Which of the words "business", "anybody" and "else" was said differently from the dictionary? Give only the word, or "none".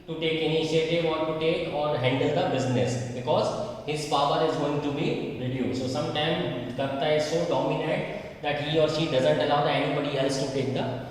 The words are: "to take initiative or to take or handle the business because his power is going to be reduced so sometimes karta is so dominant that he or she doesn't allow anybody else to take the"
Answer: none